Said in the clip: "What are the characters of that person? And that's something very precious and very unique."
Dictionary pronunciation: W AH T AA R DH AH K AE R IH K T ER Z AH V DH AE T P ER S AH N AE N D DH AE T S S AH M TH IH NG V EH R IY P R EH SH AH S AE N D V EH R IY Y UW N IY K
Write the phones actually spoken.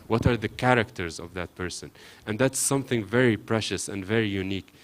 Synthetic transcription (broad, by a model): W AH T AA R DH AH K AE R IH K T ER Z AH V DH AE T P ER S AH N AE N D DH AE T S S AH M TH IH NG V EH R IY P R EH SH AH S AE N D V EH R IY Y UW N IY K